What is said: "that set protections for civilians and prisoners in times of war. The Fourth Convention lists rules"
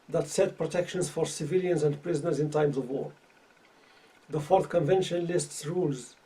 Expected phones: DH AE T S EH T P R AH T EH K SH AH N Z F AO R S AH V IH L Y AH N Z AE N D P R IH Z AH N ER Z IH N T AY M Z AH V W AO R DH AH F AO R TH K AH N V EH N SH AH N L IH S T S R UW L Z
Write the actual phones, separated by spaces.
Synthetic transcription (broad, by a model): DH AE T S EH T P R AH T EH K SH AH N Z F AO R S AH V IH L Y AH N Z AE N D P R IH Z AH N ER Z IH N T AY M Z AH V W AO R DH AH F AO R TH K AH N V EH N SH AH N L IH S T S R UW L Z